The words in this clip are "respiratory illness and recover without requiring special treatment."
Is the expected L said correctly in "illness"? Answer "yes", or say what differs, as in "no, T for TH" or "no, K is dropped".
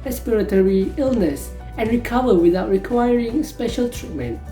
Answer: yes